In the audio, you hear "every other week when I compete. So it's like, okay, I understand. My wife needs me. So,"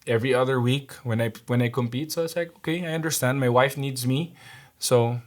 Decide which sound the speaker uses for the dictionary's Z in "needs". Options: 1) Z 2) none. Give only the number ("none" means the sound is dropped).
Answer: 1